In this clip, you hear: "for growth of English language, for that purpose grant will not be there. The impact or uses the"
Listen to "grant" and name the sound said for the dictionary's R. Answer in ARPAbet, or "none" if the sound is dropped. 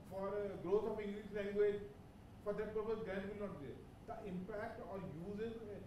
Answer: none